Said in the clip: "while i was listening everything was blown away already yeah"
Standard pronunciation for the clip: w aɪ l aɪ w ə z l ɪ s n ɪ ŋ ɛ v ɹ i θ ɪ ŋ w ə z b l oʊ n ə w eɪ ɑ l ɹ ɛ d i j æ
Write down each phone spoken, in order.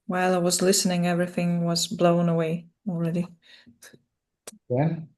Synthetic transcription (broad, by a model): w aɪ l aɪ w ə z l ɪ s n ɪ ŋ ɛ v ɹ i θ ɪ ŋ w ə z b l oʊ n ə w eɪ ɑ l ɹ ɛ d i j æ